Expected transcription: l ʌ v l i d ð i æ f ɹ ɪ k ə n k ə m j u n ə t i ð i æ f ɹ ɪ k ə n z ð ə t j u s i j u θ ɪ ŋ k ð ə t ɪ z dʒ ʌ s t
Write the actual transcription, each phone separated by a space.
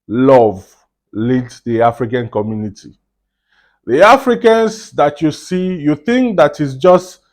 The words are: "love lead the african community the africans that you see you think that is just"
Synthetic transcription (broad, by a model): l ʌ v l i d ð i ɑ f ɹ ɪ k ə n k ə m j u n ə t i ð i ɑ f ɹ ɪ k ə n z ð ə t j u s i j u θ ɪ ŋ k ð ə t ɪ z dʒ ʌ s t